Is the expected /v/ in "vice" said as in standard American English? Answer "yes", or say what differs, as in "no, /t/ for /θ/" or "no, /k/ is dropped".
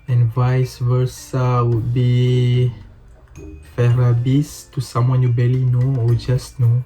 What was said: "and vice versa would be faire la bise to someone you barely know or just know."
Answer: yes